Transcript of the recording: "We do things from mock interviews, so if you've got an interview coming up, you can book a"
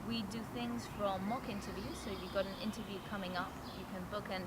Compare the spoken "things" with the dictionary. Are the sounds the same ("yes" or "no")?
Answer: yes